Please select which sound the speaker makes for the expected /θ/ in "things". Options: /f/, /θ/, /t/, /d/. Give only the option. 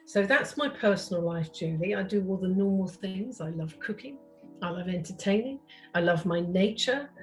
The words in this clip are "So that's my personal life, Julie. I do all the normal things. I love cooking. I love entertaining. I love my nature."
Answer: /θ/